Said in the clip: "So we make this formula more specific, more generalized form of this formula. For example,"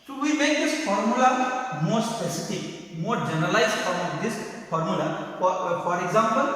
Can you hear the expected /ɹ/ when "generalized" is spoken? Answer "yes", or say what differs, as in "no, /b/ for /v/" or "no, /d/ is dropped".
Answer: no, /ɹ/ is dropped